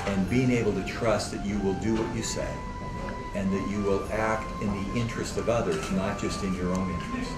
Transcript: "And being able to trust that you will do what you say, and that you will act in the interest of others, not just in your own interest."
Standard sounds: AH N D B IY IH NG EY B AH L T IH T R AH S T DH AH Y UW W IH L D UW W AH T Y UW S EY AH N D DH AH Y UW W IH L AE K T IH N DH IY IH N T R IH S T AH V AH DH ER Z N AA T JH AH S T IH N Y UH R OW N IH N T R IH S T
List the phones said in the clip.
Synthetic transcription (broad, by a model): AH N B IY IH NG EY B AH L T IH T R AH S T DH AH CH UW W IH L D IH W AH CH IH S EY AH N DH AH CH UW W IH L AE K T IH N DH IY IH N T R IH S T AH V AH DH ER Z N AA T JH AH S T IH N Y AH R OW N IH N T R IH S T